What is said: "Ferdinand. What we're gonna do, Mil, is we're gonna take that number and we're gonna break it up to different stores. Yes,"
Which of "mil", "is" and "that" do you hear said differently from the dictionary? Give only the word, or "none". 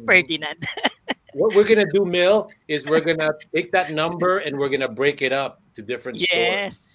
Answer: none